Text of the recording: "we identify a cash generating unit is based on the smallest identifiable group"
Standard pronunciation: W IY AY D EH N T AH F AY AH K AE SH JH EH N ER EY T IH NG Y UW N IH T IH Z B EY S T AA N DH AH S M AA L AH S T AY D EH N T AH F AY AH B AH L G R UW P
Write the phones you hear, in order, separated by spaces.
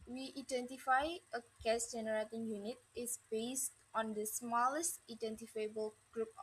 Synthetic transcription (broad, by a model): W IY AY D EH N T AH F AY AH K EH S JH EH N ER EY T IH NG Y UW N IH T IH S B EY S T AA N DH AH S M AA L AH S T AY D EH N T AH F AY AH B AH L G R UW P